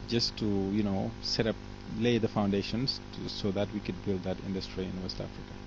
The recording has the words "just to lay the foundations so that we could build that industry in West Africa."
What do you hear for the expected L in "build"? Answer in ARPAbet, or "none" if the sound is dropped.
L